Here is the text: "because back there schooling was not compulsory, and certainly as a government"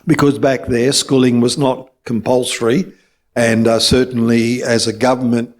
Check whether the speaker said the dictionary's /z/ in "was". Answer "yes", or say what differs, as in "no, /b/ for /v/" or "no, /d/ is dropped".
yes